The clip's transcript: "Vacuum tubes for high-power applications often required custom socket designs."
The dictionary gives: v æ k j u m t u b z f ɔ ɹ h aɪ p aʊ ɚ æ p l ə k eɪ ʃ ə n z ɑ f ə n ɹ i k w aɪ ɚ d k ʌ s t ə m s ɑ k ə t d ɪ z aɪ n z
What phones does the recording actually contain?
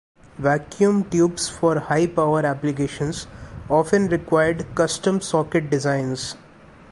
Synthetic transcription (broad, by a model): v æ k j u m t u b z f ɔ ɹ h aɪ p aʊ ɚ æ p l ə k eɪ ʃ ə n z ɑ f ə n ɹ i k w aɪ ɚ d k ʌ s t ə m s ɑ k ə t d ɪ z aɪ n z